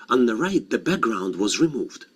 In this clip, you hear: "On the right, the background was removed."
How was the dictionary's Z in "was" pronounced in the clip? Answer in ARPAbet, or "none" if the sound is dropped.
Z